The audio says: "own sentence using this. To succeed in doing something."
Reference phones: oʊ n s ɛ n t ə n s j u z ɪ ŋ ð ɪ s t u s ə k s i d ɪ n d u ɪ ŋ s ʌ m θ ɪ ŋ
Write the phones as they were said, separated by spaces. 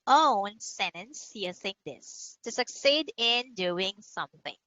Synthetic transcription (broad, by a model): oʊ n s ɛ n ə n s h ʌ s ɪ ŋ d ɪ s t u s ə k s i d ɪ n d u ɪ ŋ s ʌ m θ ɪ ŋ